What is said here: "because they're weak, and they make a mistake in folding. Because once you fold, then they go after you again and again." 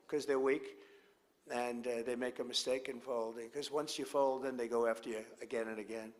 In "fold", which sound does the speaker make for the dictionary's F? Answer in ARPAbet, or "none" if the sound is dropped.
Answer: F